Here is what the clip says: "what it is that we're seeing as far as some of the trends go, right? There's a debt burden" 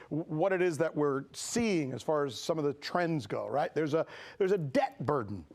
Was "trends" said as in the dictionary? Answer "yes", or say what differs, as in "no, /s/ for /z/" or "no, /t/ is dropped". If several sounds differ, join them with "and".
yes